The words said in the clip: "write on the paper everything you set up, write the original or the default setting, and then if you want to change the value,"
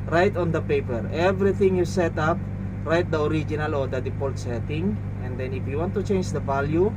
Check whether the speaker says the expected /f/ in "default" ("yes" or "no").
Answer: no